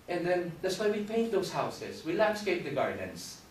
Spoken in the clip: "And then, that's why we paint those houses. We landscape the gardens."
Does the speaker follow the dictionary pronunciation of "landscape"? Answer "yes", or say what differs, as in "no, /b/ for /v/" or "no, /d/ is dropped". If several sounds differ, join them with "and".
yes